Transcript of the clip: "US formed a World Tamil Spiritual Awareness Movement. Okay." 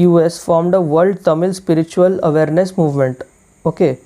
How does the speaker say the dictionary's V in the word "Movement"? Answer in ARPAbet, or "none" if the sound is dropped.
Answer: V